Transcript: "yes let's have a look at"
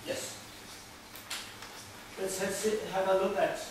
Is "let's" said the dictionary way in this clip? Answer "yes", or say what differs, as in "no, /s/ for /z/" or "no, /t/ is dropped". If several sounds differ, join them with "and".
no, /s/ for /t/